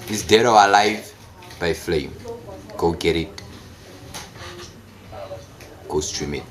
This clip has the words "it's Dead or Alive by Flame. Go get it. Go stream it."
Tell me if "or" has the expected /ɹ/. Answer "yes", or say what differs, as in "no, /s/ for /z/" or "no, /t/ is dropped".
no, /w/ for /ɹ/